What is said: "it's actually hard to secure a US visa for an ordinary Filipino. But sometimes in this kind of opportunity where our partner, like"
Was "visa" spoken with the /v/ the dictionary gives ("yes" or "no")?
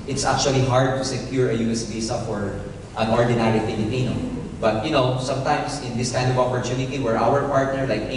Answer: no